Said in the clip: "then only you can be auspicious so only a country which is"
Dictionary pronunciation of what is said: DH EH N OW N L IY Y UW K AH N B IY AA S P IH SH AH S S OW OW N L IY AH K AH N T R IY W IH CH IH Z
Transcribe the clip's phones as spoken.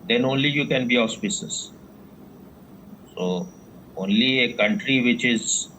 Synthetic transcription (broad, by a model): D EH N OW N L IY Y UW K AH N B IY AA S P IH S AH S S OW OW N L IY AH K AH N T R IY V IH CH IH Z